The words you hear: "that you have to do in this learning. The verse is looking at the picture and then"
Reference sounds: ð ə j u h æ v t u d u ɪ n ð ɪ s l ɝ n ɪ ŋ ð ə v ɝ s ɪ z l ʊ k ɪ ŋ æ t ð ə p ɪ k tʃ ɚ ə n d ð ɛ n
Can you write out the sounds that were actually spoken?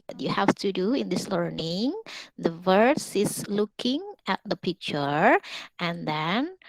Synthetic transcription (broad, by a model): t j u h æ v t u d u ɪ n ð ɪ s l ɝ n ɪ ŋ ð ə v ɝ s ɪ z l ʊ k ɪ ŋ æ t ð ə p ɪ k tʃ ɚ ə n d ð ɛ n